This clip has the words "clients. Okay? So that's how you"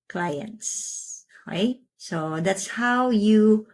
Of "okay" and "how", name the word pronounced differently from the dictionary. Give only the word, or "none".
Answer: okay